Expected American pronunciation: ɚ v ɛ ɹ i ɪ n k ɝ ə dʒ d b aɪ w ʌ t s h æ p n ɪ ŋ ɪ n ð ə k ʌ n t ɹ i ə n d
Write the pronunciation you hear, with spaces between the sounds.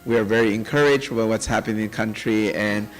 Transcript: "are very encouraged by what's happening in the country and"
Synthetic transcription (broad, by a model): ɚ v ɛ ɹ i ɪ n k ɝ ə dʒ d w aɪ w ʌ t s h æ p ɪ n ɪ n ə k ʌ n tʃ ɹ i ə n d